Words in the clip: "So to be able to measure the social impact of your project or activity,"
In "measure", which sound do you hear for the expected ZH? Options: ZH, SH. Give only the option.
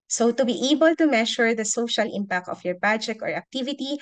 SH